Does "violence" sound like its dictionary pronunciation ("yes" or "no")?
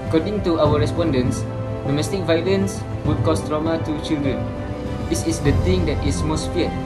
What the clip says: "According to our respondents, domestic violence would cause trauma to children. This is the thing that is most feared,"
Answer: yes